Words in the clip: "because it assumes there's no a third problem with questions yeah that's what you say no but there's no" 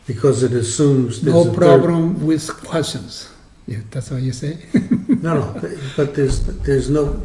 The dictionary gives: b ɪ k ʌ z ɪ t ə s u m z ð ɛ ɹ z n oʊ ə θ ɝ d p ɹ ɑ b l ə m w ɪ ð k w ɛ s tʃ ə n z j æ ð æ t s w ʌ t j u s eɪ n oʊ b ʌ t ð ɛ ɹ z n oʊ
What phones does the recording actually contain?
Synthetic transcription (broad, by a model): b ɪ k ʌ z ɪ t ə s u m z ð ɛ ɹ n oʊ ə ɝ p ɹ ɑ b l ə m w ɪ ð k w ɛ s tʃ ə n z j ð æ t s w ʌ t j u s eɪ n oʊ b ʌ t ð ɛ ɹ z n oʊ